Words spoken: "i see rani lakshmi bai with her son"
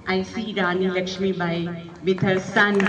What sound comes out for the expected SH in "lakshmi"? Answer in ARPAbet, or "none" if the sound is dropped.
SH